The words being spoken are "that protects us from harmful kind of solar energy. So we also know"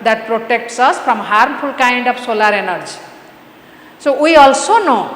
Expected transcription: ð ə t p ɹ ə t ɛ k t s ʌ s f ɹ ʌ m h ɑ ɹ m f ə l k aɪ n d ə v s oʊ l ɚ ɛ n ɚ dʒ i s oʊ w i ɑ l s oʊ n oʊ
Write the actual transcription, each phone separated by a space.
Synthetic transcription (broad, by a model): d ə t p ɹ ə t ɛ k t s ʌ s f ɹ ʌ m h ɑ ɹ m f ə l k aɪ n d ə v s oʊ l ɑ ɛ n ɚ dʒ i s oʊ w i ɑ l s oʊ n oʊ